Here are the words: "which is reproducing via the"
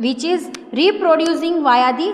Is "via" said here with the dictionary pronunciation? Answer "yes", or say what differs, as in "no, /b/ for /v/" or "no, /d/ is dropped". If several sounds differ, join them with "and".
yes